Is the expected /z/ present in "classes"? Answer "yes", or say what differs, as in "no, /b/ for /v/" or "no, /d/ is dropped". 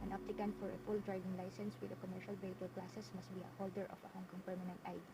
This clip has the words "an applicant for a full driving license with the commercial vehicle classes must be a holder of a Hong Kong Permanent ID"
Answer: no, /s/ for /z/